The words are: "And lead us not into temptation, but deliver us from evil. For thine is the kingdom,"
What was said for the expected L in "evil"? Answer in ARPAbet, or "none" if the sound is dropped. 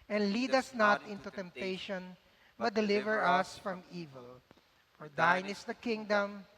L